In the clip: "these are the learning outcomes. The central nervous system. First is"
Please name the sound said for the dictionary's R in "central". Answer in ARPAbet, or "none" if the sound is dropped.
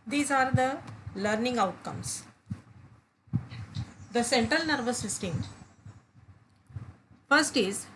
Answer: R